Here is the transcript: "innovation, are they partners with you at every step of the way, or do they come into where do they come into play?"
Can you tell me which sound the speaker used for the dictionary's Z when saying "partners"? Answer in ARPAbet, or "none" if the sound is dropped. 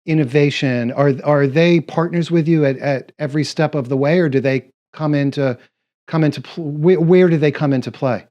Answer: Z